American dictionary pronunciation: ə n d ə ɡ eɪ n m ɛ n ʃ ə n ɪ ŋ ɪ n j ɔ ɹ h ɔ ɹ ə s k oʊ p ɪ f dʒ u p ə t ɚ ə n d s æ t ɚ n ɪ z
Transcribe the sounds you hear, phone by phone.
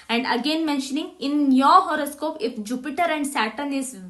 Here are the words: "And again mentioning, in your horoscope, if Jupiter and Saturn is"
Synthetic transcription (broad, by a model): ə n d ə ɡ eɪ n m ɛ n ʃ ə n ɪ ŋ ɪ n j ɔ h ɔ ɹ ə s k oʊ p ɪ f dʒ u p ə t ɚ ə n d s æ t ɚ n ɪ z